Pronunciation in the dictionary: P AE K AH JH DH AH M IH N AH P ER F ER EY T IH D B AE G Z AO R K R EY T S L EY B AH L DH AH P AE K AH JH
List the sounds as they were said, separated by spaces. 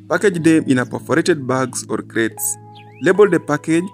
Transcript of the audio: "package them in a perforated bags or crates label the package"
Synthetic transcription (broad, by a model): P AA K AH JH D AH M IH N AH P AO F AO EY T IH D B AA G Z AO R K R EY T S L EY B AH L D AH P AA K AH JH